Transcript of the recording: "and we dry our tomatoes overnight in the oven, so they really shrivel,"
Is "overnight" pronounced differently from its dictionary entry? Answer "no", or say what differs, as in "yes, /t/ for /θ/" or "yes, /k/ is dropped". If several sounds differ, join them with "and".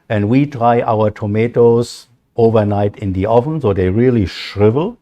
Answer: no